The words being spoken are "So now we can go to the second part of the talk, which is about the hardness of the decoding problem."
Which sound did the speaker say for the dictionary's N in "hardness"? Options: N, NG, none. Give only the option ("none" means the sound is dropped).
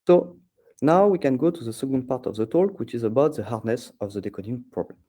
N